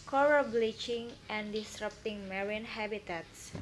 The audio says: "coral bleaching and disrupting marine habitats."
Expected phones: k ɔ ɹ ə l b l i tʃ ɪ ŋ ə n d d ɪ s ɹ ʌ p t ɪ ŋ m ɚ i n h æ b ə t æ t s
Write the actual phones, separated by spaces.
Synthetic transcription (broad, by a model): k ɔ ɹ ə b l i tʃ ɪ ŋ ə n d d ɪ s ɹ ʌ p t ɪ ŋ m ɚ i n h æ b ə t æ t s